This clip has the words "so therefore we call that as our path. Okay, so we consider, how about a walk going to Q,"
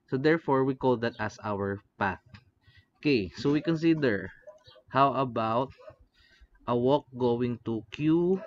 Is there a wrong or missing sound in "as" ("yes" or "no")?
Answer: yes